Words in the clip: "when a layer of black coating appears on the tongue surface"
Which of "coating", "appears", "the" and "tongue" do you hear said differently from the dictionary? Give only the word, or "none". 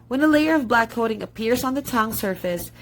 none